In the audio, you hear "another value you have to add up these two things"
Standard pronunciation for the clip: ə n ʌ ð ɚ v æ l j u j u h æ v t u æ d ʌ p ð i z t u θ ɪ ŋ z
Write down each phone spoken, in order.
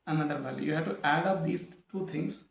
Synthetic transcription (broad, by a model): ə n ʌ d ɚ b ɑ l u j u h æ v t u æ d ʌ p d i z t u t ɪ ŋ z